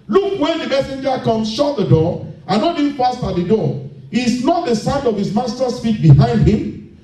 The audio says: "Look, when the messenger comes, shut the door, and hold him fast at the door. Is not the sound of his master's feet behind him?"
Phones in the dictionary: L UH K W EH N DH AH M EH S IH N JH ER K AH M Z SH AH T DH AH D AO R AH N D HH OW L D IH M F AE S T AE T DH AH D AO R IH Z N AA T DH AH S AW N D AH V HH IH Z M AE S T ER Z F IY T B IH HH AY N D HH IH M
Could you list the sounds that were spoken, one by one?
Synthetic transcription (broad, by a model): L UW K W EH N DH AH M EH S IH N JH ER K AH M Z SH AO T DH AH D AO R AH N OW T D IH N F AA S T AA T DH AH D AO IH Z N AA T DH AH S AW N D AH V HH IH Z M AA S T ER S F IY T B IH HH AY N D HH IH M